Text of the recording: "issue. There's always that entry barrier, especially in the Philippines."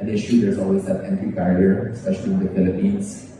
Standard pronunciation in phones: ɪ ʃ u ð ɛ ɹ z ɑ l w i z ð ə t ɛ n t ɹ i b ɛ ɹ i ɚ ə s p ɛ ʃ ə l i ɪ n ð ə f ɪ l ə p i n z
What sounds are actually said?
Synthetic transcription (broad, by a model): ɪ ʃ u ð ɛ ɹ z ɑ l w i z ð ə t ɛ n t i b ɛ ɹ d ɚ ə s p ɛ ʃ ə l i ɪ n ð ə f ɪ l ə p i n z